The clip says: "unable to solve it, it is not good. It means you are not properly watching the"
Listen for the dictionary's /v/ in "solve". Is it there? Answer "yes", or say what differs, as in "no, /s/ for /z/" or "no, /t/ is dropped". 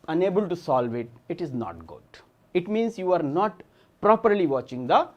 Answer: yes